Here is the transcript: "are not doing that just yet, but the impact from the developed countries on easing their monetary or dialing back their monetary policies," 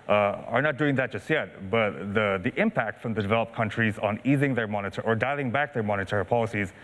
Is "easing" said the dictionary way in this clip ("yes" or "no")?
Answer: yes